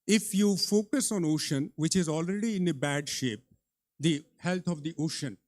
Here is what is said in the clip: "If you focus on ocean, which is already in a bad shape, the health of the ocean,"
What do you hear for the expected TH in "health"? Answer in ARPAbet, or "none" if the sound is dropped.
T